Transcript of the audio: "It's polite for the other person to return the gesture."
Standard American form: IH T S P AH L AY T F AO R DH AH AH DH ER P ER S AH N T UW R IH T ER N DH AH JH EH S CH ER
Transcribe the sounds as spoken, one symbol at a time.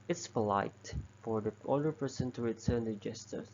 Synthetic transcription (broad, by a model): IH T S P AH L AY T F AO R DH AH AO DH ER P ER S AH N T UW R IH T ER N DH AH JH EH S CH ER